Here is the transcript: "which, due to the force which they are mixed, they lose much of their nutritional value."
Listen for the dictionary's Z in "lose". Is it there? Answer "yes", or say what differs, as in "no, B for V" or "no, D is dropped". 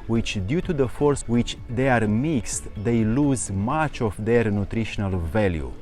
yes